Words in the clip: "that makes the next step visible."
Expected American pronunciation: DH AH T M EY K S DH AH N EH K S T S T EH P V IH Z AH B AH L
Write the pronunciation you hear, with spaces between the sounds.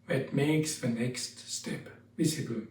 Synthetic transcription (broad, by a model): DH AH T M EY K S DH AH N EH K S T S T EH P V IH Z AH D